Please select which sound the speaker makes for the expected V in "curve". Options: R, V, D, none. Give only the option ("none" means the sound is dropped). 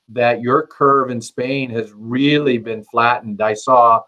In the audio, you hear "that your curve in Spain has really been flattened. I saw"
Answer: V